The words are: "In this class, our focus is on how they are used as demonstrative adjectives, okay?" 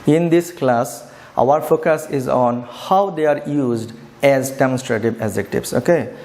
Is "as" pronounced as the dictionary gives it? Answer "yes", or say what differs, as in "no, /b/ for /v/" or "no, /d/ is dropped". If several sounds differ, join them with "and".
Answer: yes